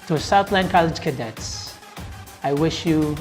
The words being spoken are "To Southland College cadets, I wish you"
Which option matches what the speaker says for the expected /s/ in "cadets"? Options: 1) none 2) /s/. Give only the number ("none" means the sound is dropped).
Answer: 2